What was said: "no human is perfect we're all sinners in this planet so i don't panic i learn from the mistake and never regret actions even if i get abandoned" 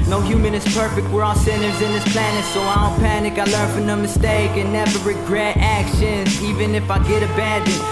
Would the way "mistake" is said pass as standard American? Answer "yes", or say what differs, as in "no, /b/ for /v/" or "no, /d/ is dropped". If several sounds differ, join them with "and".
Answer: yes